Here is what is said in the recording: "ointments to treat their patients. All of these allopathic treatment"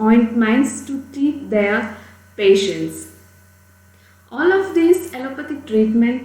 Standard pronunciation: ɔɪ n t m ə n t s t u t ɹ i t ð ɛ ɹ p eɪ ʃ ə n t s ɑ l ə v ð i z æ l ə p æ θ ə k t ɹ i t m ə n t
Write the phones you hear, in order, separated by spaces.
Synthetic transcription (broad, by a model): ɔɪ n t m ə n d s t u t i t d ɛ ɹ p eɪ ʃ ə n t s ɑ l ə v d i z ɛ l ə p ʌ t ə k t ɹ i t m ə n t